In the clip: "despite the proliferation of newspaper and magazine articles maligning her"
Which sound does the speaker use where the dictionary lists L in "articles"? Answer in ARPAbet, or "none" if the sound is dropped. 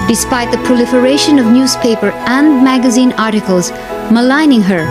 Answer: L